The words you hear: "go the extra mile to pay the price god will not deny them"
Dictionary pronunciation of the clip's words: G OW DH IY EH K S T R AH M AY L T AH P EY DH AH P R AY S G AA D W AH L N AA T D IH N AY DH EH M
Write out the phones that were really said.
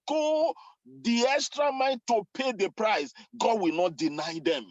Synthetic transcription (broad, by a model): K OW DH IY EH K S T R AH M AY N T AH P EY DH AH P R AY S G AA D W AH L N AA T D IH N AY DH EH M